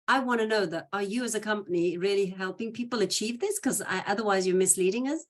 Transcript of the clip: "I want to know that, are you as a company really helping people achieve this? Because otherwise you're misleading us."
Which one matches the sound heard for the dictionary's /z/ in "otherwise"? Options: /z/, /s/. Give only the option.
/z/